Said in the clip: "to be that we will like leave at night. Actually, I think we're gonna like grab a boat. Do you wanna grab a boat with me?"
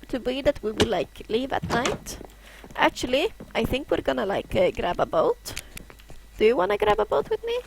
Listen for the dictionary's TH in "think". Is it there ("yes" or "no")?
yes